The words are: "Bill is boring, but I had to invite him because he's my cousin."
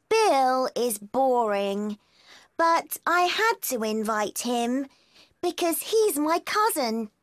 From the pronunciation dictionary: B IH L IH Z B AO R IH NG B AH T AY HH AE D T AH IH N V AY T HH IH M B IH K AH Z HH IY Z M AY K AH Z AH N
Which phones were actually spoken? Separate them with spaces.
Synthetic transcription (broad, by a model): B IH L IH Z B AO R IH NG B AH T AY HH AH D T AH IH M V AY T HH IH M B IH K AH Z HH IY Z M AY K AH Z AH N